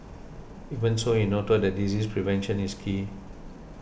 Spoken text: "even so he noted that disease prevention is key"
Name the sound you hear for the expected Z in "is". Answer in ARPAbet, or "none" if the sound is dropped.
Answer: S